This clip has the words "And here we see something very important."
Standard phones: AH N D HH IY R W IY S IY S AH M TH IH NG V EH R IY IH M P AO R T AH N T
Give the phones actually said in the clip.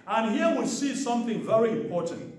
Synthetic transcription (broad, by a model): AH N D HH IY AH W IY S IY S AH M TH IH NG V EH R IY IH M P AO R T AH N T